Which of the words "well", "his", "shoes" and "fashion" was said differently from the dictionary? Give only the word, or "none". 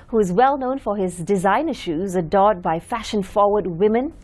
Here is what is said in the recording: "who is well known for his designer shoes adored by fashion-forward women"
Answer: none